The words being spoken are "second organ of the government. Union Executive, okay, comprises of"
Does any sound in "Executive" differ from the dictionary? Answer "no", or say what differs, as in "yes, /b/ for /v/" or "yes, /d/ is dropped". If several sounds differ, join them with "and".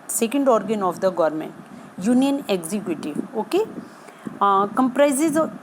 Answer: yes, /v/ is dropped